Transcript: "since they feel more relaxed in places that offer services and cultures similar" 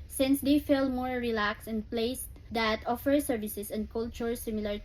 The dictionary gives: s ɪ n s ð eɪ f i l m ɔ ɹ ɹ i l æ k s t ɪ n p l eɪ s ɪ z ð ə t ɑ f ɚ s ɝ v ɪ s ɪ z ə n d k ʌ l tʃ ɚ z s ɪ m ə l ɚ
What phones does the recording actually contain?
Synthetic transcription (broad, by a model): s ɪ n s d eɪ f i l m ɔ ɹ ɹ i l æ k s ɪ n p l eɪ ɪ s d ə t ɑ f ɚ s ɝ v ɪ s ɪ s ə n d k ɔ l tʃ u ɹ s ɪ m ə l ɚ